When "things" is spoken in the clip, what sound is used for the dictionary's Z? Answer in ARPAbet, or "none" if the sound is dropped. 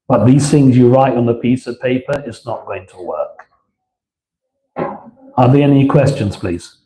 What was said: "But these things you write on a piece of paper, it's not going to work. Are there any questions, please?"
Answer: Z